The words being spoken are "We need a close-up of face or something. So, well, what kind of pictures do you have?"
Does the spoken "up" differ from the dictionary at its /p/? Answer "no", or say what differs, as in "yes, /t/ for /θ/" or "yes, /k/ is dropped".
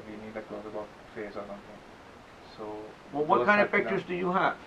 yes, /b/ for /p/